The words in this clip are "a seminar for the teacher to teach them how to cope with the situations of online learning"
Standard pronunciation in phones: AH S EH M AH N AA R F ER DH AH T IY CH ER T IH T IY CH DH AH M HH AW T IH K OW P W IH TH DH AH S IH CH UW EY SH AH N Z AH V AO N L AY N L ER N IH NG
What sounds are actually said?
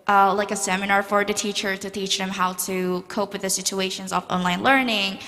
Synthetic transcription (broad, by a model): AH S EH M AH N AA R F ER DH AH T IY CH ER T IH T IY CH DH AH M HH AW T IH K OW P W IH DH AH S IH CH UW EY SH AH N Z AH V AO N L AY N L ER N IH NG